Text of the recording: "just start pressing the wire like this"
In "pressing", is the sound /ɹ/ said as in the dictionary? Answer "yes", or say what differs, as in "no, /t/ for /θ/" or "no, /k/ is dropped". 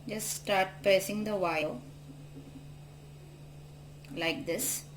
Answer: no, /ɹ/ is dropped